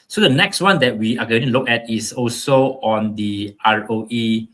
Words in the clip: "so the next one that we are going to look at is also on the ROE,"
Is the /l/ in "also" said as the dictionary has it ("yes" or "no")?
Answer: yes